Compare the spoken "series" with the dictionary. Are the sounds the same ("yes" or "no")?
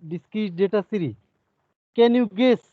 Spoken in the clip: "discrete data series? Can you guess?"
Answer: no